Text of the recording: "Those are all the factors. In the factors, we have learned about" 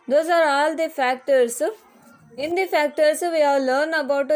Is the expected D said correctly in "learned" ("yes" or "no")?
no